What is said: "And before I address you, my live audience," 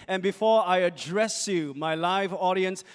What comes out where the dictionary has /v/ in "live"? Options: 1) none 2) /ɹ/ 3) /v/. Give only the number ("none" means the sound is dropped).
3